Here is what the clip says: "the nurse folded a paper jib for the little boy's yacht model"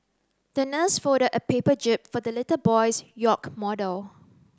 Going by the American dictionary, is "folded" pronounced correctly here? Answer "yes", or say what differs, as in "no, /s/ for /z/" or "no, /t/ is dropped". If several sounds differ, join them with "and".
no, /l/ is dropped